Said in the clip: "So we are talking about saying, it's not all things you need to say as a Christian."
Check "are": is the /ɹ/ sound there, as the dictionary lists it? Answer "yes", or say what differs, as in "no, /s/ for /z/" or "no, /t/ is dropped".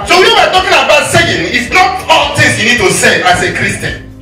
no, /w/ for /ɹ/